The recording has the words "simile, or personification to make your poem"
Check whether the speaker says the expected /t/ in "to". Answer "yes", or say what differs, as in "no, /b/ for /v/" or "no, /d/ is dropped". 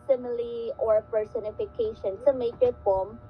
no, /s/ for /t/